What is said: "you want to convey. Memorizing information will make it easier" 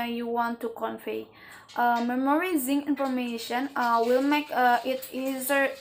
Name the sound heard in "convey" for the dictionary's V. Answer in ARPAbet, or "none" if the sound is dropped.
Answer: F